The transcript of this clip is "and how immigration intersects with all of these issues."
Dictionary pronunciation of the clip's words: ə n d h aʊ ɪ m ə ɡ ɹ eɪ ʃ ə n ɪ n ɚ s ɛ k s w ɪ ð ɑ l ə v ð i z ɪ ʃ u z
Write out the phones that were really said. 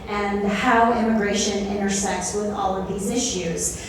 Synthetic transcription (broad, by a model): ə n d h aʊ ɪ m ə ɡ ɹ eɪ ʃ ə n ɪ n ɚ s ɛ k s w ɪ ð ɑ l ə v ð i z ɪ ʃ u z